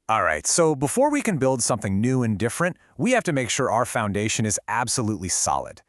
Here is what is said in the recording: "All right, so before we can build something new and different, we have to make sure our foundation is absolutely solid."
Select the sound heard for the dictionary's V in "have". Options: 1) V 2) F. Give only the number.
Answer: 2